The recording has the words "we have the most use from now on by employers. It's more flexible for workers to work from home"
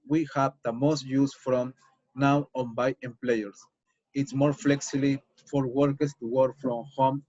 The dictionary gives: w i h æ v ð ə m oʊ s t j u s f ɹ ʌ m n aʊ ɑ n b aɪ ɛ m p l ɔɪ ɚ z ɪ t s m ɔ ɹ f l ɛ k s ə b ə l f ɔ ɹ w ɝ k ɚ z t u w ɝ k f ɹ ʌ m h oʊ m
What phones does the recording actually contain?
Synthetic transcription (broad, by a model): w i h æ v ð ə m oʊ s t j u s f ɹ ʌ m n aʊ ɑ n b aɪ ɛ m p l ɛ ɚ s ɪ t s m ɔ ɹ f l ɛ k s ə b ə f ɔ ɹ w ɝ k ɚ s t u w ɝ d f ɹ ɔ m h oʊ m